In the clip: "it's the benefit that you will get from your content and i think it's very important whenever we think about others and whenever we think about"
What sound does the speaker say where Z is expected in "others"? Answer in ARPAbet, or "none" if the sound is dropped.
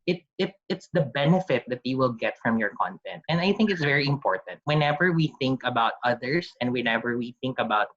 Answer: S